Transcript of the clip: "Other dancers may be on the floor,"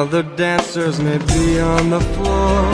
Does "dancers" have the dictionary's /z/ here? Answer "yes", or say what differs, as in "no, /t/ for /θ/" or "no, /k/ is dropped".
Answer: yes